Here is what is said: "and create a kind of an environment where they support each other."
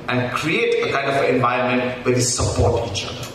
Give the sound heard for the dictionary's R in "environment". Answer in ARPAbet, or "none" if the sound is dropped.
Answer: none